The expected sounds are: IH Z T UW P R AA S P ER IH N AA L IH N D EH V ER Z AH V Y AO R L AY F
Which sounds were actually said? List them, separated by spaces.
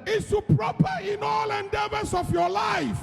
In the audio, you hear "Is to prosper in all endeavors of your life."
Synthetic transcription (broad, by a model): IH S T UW P R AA P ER IH N AA L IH N D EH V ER S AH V Y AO L AY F